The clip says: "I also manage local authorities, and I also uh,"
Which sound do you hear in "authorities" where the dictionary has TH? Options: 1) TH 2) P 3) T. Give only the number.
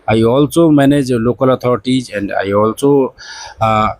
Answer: 3